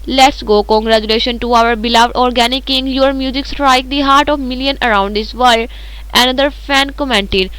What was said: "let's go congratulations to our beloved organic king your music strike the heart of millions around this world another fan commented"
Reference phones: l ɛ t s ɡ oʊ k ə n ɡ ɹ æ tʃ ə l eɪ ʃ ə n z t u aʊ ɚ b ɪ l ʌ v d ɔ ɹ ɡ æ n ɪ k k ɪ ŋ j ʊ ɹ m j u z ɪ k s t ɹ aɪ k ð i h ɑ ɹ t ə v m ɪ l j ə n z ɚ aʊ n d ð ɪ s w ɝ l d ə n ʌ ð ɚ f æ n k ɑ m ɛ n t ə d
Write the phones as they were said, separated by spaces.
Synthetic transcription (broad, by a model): l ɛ t s ɡ oʊ k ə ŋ ɡ ɹ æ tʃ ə l eɪ ʃ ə n t u aʊ ɚ b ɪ l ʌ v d ɔ ɹ ɡ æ n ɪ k k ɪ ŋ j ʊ ɹ m j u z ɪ k s t ɹ aɪ k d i h ɑ ɹ t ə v m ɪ l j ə n ɚ aʊ n d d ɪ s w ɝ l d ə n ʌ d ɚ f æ n k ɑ m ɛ n t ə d